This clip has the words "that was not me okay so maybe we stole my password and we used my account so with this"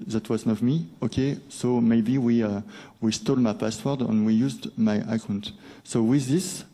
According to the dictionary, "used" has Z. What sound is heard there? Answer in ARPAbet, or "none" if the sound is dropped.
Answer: Z